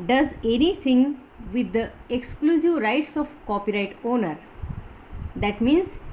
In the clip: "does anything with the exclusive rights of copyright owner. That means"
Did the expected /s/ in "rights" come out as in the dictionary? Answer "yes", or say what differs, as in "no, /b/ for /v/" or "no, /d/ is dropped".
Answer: yes